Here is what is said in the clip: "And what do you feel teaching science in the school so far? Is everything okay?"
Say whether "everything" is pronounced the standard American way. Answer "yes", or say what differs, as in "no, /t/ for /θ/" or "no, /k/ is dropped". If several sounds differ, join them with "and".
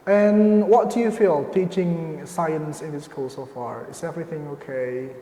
yes